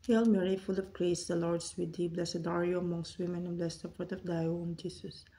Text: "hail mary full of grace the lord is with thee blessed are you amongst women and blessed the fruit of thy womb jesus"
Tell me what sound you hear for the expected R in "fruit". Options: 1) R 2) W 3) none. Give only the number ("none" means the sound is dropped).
3